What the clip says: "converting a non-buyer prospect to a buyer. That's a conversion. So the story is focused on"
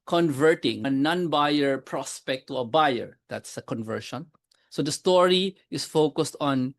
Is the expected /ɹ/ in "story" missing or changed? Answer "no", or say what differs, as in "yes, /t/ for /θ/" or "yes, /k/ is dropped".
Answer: no